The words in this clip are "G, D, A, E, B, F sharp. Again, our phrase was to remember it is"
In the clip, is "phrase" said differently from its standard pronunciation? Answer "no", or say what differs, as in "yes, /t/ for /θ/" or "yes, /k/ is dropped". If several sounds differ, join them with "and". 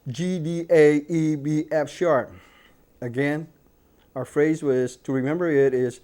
no